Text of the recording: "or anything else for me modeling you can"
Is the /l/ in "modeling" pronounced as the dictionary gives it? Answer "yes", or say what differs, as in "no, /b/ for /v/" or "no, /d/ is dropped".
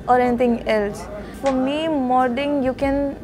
no, /l/ is dropped